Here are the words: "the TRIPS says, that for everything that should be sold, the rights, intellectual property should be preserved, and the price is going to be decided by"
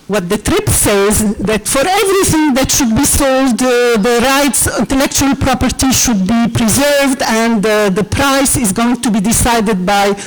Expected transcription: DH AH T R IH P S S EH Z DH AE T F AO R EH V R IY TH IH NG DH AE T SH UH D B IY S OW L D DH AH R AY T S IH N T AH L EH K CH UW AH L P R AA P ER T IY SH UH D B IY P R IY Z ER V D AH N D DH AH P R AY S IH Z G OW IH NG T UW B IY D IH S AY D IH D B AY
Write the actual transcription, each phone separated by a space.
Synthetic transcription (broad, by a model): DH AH T R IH P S S EH Z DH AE T F AO R EH V R IY TH IH NG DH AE T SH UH D B IY S OW L D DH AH R AY T S IH N T AH L EH K CH UW AH L P R AA P ER T IY SH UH D B IY P R IY Z ER V D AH N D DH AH P R AY S IH Z G OW IH NG T UW B IY D IH S AY D IH D B AY